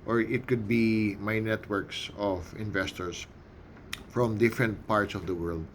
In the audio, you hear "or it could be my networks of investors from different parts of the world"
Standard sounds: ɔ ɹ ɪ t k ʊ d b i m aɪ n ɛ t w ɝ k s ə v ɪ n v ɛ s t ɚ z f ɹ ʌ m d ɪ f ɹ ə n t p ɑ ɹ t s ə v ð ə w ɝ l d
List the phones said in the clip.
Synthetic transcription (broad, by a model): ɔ ɹ ɪ t k ʊ d b i m aɪ n ɛ t w ɝ k s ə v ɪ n v ɛ s t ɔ s f ɹ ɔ m d ɪ f ɹ ə n t p ɑ ɹ t s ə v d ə w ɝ l d